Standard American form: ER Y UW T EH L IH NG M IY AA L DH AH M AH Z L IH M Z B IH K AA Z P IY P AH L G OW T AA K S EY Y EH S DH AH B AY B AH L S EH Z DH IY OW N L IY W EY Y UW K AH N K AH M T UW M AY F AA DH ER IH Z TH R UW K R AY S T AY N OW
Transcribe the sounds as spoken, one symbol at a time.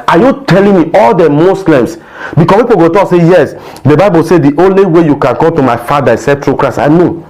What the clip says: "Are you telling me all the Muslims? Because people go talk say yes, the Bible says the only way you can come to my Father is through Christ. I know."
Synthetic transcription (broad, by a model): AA Y UW T EH L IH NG M IY AA L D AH M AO S L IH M S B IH K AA P IY P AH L G OW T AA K S EY Y EH S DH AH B AY B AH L S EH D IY OW N L IY W EY Y UW K AH N K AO M T UW M AY F AA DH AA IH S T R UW K R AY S AY N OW